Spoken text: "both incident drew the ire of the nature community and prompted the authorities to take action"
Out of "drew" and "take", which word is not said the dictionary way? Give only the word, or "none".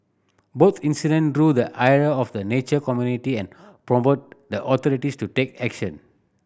none